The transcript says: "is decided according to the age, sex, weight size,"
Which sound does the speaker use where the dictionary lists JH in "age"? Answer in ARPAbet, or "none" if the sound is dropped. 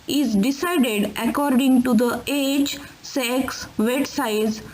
CH